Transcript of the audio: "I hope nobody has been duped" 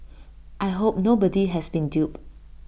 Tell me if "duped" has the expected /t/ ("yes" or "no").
no